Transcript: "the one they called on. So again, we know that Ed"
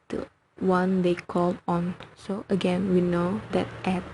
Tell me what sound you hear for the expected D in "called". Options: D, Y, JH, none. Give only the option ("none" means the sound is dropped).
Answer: none